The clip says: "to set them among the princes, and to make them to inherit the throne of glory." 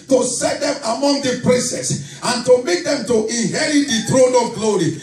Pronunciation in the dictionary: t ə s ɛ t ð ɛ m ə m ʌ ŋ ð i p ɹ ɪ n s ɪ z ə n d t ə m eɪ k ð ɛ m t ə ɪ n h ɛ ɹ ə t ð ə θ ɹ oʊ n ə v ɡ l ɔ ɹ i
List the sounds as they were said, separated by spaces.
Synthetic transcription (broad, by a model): t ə s ɛ t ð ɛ m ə m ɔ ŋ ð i p ɹ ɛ s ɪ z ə n t ə m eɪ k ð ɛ m t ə ɪ n h ɛ ɹ ə t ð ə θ ɹ oʊ n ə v ɡ l ɔ ɹ i